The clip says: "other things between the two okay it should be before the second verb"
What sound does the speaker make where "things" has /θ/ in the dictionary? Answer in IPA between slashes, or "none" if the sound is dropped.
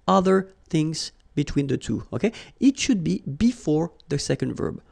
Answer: /θ/